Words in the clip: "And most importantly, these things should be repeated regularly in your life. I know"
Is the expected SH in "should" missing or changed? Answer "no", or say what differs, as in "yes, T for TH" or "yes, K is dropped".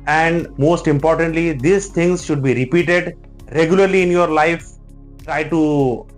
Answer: no